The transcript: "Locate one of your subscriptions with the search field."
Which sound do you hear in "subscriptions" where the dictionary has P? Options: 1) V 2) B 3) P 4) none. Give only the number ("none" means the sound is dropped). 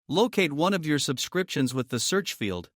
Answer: 3